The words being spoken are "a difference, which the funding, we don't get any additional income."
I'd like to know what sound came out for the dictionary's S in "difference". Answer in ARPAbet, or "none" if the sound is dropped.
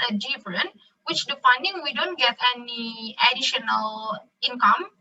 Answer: none